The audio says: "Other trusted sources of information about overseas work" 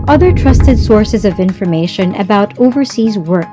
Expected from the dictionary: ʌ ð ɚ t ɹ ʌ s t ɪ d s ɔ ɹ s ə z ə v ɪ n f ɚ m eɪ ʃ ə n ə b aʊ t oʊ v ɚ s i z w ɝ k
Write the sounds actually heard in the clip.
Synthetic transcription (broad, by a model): ʌ ð ɚ t ɹ ʌ s t ɪ d s ɔ ɹ s ə z ə v ɪ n f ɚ m eɪ ʃ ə n ə b aʊ t oʊ v ɚ s i z w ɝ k